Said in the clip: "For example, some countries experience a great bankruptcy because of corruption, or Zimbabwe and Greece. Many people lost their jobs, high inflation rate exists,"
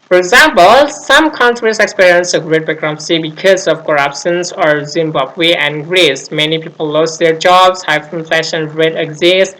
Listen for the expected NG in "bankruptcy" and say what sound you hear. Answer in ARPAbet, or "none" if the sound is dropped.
none